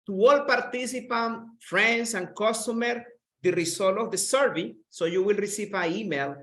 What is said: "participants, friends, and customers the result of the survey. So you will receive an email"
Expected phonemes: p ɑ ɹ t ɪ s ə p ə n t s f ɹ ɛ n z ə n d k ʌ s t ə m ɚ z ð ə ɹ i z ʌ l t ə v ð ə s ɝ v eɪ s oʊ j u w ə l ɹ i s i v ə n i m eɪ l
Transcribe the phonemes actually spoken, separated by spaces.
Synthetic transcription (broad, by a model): p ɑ ɹ t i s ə p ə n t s f ɹ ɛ n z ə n k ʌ s t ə m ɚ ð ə ɹ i s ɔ l ə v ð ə s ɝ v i s oʊ j u w ə l ɹ i s i v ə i m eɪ l